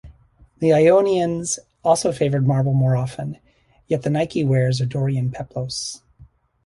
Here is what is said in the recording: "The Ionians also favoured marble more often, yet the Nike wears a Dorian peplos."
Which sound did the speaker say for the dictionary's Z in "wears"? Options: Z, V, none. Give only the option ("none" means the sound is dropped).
Z